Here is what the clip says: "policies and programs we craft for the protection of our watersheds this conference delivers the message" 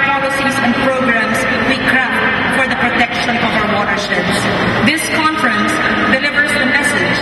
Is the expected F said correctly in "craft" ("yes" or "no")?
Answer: no